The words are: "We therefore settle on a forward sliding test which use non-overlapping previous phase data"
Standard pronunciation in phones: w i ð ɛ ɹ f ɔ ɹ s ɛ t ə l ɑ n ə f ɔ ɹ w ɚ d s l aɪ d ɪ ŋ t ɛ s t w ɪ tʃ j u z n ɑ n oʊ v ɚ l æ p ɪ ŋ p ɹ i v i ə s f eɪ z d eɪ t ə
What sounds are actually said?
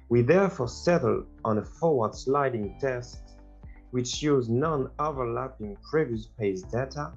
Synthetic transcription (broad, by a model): w i ð ɛ ɹ f ɔ ɹ s ɛ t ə l ɑ n ə f ɔ ɹ w ɚ d s l aɪ d ɪ ŋ t ɛ s t w ɪ tʃ j u z n ɑ n oʊ v ɚ l æ p ɪ ŋ p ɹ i v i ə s p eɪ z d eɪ t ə